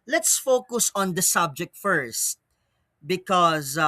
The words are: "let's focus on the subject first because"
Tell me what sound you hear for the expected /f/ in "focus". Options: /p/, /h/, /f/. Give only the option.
/f/